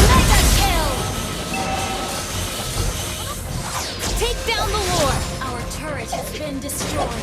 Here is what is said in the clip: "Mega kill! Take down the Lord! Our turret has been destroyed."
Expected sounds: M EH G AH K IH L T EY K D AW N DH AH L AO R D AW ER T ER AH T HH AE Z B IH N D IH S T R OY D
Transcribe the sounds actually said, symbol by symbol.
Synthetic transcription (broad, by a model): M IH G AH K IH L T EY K D AW N DH AH W AO R AW ER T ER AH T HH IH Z B IH N D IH S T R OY